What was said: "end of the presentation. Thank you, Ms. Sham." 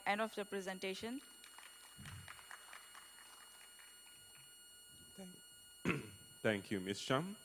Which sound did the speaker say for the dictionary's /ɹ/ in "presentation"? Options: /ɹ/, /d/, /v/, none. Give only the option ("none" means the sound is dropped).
/ɹ/